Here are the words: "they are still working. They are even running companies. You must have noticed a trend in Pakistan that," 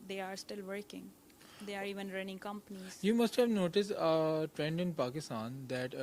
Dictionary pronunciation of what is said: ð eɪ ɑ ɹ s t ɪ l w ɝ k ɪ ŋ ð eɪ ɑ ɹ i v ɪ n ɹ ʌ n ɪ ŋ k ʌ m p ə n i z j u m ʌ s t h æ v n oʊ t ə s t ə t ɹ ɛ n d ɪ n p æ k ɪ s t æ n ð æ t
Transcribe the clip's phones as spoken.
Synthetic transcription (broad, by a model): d eɪ ɑ ɹ s t ɪ l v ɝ k ɪ ŋ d eɪ ɑ ɹ i v ɪ n ɹ ʌ n ɪ ŋ k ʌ m p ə n i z j u m ʌ s t h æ v n oʊ t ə s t ə t ɹ ɛ n d ɪ n p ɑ k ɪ s t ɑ n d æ t